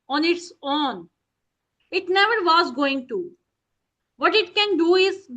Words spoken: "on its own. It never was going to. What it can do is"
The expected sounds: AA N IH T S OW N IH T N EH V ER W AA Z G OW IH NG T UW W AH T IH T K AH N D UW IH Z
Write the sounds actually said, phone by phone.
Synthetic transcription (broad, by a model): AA N IH T S OW N IH T N EH V ER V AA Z G OW IH NG T UW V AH T IH T K AH N D UW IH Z